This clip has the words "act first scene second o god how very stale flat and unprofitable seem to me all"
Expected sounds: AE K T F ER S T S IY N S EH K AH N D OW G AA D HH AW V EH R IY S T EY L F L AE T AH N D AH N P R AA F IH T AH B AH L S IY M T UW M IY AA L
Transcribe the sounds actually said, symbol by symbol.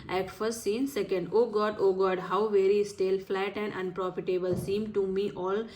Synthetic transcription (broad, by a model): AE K F ER S T S IY N S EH K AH N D OW G AA D HH AW V EH R IY S T EY L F L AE T AH N D AH N P R AA F IH T AH B AH L S IY M T UW M IY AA L